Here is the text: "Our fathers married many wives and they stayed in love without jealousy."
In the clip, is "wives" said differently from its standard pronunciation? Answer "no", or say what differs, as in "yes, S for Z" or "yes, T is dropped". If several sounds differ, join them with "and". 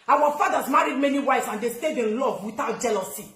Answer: yes, S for Z